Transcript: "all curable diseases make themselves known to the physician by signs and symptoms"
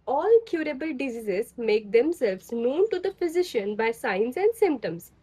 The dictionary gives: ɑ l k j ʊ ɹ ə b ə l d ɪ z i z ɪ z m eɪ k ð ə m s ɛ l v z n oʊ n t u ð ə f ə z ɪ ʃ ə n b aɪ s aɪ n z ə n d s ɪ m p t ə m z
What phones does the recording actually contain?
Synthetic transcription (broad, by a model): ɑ l k j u ɹ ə b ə l d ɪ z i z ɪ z m eɪ k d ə m s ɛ l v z n oʊ n t u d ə f ə z ɪ ʃ ə n b aɪ s aɪ n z ə n d s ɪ m p t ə m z